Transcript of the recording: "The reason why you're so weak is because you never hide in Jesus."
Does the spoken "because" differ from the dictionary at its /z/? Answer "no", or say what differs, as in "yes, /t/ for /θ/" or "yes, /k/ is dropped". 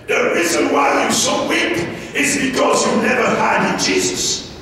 no